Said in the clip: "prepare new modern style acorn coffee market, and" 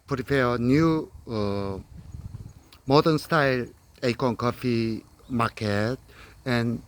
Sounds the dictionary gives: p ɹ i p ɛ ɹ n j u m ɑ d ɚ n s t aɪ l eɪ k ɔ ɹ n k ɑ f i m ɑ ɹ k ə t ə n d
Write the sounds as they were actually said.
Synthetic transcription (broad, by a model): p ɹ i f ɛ n j u m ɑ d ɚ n s t aɪ l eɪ k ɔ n k ɑ f i m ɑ k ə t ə n